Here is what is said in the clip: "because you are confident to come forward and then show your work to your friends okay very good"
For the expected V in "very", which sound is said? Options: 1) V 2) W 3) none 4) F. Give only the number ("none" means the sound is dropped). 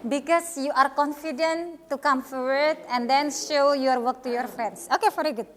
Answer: 4